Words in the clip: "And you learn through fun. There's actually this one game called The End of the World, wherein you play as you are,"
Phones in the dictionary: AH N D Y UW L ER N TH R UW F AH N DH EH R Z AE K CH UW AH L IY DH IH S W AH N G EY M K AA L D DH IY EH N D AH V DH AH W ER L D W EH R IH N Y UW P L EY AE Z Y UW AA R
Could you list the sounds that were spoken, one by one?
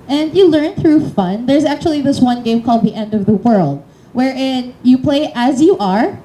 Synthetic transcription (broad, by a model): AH N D Y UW L ER N TH R UW F AH N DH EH R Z AE K CH UW AH L IY DH IH S W AH N G EY M K AA L D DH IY EH N D AH V DH AH W ER L D W EH R IH N Y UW P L EY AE Z Y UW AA R